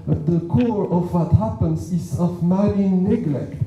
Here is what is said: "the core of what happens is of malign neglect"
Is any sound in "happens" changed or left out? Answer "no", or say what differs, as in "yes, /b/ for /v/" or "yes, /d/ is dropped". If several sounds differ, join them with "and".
yes, /s/ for /z/